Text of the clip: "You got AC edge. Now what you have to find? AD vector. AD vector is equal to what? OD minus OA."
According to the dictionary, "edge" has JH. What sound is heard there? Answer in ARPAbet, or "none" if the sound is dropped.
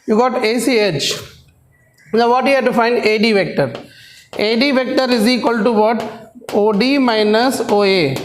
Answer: CH